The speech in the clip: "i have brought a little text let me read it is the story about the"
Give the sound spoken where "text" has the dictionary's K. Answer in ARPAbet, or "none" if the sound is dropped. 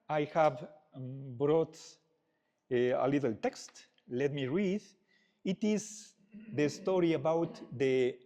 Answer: K